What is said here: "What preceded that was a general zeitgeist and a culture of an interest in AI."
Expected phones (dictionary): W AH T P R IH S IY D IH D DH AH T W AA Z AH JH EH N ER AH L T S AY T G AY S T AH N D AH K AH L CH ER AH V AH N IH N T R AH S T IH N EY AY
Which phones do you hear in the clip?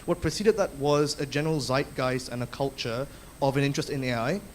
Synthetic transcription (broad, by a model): W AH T P R IH S IY D IH D DH AH T W AA Z AH JH EH N ER AH L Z AY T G AY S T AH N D AH K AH L CH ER AH V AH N IH N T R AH S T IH N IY AY